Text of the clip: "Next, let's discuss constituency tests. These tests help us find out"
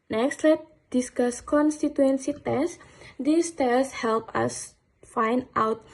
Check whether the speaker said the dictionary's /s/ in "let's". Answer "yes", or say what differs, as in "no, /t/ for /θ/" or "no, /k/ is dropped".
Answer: no, /s/ is dropped